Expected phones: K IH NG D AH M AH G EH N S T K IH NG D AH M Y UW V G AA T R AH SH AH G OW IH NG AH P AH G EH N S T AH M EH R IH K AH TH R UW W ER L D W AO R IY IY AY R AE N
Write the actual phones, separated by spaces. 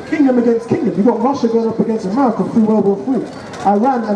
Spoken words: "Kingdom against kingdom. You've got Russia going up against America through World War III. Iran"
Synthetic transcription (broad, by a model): K IH NG D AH M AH G EH N S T K IH NG D AH M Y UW G AA T R AH SH AH G OW IH NG AH P AH G EH N S T AH M EH R IH K AH F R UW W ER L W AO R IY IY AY R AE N